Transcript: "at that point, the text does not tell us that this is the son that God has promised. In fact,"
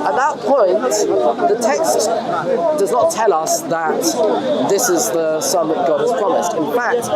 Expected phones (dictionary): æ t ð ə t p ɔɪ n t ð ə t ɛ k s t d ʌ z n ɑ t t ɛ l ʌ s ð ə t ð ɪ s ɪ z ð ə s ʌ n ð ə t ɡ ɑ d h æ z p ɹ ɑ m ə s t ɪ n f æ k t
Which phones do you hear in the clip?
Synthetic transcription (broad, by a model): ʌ t ð ə t p ɔɪ n t ð ə t ɛ k s t d ʌ z n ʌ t t ɛ l ʌ s ð ə t ð ɪ s ɪ z ð ə s ʌ n ð ə t ɡ ɑ d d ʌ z p ɹ ɑ m ə s t ɪ n f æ k t